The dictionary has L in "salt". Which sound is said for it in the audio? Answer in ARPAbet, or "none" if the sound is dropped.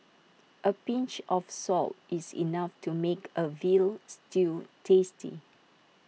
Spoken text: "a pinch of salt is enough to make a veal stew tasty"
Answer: L